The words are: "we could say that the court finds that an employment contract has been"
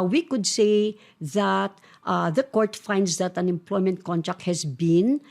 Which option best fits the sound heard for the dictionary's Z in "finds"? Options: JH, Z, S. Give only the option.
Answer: S